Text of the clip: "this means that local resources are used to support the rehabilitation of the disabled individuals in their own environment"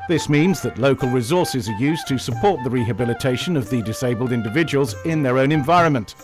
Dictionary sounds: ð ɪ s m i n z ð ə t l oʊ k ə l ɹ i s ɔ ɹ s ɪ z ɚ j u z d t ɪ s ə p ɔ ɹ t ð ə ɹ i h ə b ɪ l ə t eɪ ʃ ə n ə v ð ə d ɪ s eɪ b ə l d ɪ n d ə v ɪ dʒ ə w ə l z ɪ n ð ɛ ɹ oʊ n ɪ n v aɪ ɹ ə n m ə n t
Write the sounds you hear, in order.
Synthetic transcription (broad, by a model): ð ɪ s m i n z ð ə t l oʊ k ə l ɹ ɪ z ɔ ɹ s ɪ z ɚ j u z t ɪ s ə p ɔ ɹ t ð ə ɹ i h ə b ɪ l ə t eɪ ʃ ə n ə v ð ə d ɪ s eɪ b ə l d ɪ n d ə v ɪ dʒ ə w ə l z ɪ n ð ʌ ɹ oʊ n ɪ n v aɪ ɹ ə n m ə n t